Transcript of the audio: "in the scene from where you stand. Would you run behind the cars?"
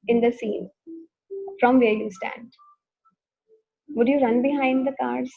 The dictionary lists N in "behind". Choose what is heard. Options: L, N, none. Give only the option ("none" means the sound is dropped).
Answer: N